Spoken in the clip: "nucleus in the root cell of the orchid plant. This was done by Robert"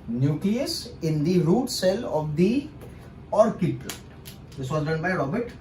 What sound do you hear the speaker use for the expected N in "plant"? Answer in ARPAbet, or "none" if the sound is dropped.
none